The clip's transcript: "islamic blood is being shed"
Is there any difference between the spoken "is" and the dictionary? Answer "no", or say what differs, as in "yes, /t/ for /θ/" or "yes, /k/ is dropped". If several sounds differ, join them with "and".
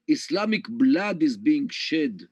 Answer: no